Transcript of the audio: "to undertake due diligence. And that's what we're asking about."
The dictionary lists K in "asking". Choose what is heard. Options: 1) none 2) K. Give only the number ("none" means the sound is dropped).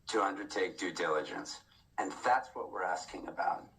2